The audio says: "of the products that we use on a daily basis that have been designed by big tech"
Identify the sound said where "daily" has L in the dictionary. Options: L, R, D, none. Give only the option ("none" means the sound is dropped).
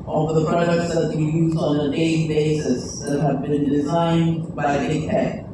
none